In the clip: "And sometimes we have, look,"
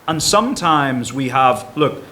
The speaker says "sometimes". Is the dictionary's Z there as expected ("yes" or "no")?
yes